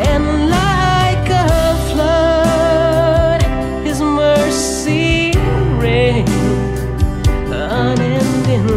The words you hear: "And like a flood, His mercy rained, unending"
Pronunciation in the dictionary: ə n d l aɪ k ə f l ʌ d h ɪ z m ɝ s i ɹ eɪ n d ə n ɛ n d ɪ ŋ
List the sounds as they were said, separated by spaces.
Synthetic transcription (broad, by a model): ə n l aɪ k ə f l ʌ d h ɪ z m ɝ s i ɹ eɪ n ə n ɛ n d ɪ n